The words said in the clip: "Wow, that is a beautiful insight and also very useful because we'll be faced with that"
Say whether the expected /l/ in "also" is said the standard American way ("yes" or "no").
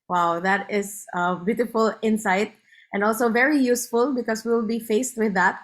yes